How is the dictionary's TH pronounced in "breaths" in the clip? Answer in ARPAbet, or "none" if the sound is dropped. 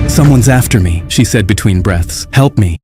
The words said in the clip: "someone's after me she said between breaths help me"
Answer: TH